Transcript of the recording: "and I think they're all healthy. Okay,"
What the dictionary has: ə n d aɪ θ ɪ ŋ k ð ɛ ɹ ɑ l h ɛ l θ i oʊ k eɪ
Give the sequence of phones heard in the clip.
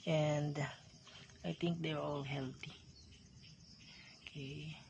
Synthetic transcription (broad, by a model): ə n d aɪ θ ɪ ŋ k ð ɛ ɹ ɑ l h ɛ l t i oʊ k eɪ